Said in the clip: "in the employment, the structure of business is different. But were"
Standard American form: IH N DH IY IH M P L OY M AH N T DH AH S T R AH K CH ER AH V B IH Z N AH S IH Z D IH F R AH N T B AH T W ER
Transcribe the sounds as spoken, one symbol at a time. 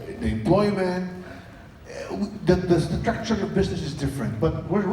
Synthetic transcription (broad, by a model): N DH IY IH M P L OY M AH N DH DH AH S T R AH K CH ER AH V B IH Z N AH S IH Z D IH F R AH N T B AH T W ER